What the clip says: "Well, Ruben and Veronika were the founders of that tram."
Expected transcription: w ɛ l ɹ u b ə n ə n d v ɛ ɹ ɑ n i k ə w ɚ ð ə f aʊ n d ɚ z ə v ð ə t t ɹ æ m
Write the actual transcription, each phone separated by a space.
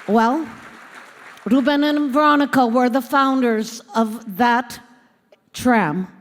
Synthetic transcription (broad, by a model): w ɛ l ɹ u b ə n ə n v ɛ ɹ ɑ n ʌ k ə w ɚ ð ə f aʊ n d ɚ z ə v ð ə t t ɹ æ m